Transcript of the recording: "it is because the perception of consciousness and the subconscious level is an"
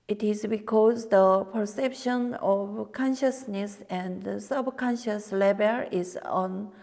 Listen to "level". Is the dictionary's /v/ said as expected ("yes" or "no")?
no